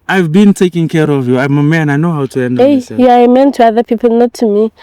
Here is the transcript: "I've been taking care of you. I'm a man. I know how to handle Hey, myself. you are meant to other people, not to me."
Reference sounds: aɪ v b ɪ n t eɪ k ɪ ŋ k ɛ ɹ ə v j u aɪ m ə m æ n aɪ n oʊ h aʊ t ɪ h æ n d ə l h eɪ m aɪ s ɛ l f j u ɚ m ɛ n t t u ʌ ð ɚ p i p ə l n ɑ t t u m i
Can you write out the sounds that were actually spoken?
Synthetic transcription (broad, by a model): aɪ v b ɪ n t eɪ k ɪ ŋ k ɛ ɹ ə v j u aɪ m ə m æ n aɪ n oʊ h aʊ t ɪ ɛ n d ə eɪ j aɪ ɑ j m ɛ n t t u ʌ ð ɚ p i p ə l n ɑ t t u m i